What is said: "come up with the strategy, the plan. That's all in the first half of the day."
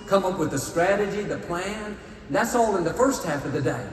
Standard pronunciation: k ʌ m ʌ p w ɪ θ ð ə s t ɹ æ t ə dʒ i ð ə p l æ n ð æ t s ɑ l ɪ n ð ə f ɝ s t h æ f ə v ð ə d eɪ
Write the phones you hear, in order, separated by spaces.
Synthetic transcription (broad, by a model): k ʌ m ʌ p w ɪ ð ə s t ɹ æ t ə dʒ i ð ə p l æ n ð æ t s ɑ l ɪ n ð ə f ɝ s t h æ f ə v ð ə d eɪ